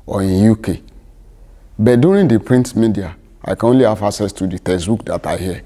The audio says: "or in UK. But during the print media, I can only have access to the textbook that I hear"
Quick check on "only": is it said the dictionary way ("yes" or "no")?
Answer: yes